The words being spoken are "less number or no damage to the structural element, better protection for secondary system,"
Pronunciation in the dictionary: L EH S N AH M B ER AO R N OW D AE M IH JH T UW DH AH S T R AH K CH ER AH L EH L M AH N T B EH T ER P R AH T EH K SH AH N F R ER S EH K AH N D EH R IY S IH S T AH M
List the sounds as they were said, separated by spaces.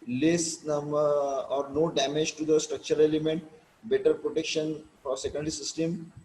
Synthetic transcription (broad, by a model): L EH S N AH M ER AO R N OW D AE M IH JH T UW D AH S T R AH K CH ER AH L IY M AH N T B EH T ER P R AH T EH K SH AH N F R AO S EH K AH N D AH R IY S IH S T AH M